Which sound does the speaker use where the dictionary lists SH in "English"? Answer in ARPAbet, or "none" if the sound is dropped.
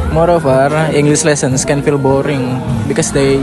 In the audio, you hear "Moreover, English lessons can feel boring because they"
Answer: S